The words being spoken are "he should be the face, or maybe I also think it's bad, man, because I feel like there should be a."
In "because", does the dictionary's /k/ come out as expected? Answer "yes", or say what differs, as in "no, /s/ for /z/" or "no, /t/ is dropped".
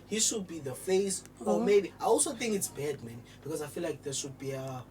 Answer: yes